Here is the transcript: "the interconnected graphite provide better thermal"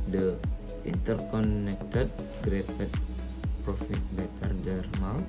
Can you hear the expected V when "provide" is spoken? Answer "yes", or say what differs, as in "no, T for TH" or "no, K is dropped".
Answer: no, F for V